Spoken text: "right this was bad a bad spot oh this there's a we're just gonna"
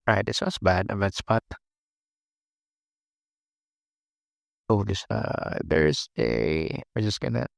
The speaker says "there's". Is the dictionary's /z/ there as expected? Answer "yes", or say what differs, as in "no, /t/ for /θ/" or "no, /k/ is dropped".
no, /s/ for /z/